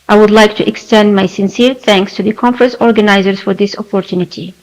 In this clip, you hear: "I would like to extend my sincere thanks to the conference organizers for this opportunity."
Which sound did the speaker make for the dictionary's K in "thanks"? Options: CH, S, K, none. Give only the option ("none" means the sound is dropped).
K